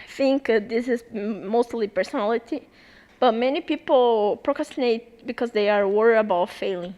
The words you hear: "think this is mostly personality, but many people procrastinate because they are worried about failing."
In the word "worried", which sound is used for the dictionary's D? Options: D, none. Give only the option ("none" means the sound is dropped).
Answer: none